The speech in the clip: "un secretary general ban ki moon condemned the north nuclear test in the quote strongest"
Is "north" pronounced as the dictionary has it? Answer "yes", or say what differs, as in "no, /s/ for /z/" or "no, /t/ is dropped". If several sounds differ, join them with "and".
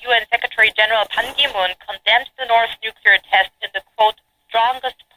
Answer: yes